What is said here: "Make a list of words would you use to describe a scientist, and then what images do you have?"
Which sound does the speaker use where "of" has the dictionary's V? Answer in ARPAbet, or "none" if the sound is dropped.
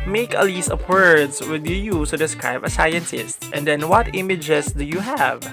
P